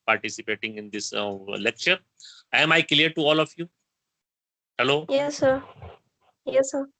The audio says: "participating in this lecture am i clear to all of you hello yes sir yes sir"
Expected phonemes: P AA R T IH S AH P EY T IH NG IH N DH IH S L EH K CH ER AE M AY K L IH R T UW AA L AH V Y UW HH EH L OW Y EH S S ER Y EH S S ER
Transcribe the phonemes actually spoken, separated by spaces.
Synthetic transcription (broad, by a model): P AA R T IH S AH P EY T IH NG IH N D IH S L EH K CH ER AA M AY K L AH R T UW AA L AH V Y UW HH EH L OW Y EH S S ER Y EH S S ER